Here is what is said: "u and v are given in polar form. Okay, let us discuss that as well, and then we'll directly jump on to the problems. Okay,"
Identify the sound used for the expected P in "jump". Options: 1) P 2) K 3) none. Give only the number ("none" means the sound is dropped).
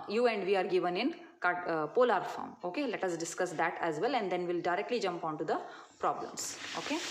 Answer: 1